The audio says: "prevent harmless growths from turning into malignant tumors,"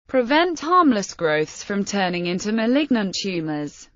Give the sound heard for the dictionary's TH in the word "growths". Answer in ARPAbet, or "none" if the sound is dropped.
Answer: TH